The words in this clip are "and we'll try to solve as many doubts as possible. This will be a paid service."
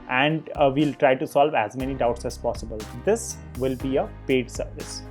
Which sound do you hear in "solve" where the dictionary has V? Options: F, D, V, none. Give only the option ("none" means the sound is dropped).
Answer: V